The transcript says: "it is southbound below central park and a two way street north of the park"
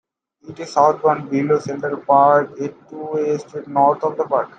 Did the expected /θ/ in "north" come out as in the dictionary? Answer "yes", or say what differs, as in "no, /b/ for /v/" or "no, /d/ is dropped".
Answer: no, /t/ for /θ/